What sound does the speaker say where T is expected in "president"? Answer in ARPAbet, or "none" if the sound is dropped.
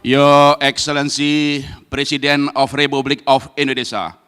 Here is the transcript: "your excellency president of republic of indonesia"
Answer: none